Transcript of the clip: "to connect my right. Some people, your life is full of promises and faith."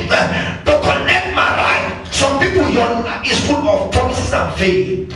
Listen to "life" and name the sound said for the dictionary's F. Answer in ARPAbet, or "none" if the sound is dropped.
none